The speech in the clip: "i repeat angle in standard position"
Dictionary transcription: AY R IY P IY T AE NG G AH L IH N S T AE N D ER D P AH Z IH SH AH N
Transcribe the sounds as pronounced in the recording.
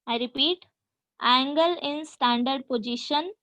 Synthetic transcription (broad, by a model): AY R IY P IY T AE NG G AH L IH N S T AE N D ER D P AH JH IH SH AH N